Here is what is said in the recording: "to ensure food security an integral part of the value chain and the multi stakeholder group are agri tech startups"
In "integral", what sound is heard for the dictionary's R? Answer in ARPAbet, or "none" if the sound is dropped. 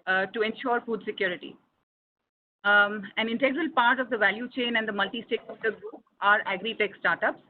R